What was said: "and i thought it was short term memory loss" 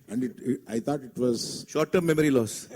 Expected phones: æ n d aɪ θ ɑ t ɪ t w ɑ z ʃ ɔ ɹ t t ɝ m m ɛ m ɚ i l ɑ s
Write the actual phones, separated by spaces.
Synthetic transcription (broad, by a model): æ n d aɪ t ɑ t ɪ t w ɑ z ʃ ɔ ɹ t t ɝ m m ɛ m ɚ i l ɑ s